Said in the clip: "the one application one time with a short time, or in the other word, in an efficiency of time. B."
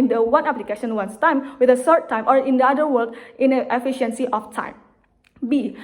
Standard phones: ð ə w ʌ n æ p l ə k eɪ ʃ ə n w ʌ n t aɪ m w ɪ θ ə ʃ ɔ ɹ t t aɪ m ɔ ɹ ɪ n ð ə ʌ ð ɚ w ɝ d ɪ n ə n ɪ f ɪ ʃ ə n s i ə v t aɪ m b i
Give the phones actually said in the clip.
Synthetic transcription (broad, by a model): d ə w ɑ n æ p l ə k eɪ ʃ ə n w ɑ n t aɪ m w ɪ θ ə s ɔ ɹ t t aɪ m ɔ ɹ ɪ n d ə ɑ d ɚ w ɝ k ɪ n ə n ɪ f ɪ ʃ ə n s i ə f t aɪ m b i